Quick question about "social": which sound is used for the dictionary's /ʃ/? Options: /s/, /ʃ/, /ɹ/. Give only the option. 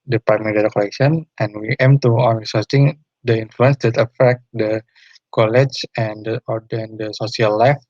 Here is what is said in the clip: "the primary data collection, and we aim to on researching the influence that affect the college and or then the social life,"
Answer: /s/